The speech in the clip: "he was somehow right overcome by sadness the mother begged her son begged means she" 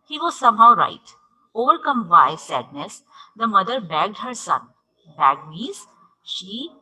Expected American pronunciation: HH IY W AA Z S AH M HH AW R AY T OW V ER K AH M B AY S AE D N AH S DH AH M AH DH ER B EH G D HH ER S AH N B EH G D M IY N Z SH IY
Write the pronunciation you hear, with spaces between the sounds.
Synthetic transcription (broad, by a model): HH IY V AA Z S AH M HH AW R AY T OW V ER K AH M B AY S AE D N AH S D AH M AH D ER B EH G D HH ER S AH N B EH G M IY Z SH IY